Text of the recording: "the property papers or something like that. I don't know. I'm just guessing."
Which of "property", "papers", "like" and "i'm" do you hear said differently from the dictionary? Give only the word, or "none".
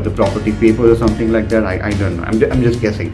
papers